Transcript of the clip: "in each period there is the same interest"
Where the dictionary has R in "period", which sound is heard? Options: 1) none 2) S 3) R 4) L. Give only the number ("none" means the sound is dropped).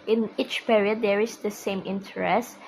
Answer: 3